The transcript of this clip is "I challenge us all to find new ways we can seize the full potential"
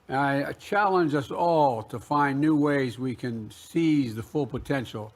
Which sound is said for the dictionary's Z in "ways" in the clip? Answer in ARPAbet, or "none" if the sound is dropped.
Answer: Z